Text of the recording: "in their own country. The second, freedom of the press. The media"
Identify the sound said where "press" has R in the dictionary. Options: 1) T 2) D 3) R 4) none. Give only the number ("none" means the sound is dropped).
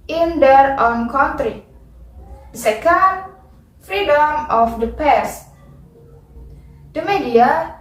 4